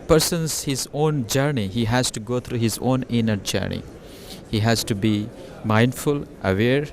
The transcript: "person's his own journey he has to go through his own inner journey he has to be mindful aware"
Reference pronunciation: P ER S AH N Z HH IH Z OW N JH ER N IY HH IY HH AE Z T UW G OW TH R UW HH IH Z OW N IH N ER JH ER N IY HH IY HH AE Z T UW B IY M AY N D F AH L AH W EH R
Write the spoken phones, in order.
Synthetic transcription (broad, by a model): P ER S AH N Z HH IH Z OW N JH ER N IY HH IY HH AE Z T UW G OW T R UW HH IH Z OW N IH N ER JH ER N IY HH IY HH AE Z T UW B IY M AY N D F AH L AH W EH R